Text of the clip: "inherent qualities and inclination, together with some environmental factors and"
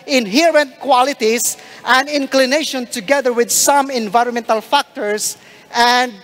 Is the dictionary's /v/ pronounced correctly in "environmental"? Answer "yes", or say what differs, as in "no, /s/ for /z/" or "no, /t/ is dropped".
yes